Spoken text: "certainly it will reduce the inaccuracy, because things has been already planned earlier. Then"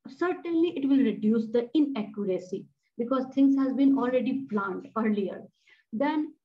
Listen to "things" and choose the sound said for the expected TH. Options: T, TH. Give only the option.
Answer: T